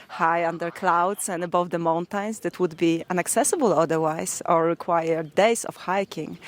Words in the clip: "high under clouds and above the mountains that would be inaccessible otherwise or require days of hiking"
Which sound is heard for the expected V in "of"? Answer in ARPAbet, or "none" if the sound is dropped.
F